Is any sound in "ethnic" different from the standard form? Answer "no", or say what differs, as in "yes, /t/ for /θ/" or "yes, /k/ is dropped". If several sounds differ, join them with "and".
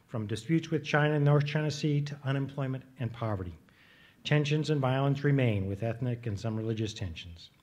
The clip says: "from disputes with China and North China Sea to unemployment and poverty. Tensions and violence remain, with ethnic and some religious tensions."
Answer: no